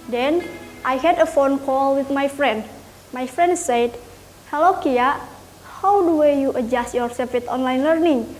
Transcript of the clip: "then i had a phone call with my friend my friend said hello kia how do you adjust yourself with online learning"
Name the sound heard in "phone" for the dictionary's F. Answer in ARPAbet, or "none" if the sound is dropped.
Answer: F